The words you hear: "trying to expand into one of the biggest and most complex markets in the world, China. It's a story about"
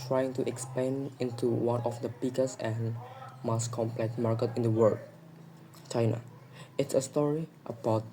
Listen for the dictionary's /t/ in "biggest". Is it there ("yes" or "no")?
no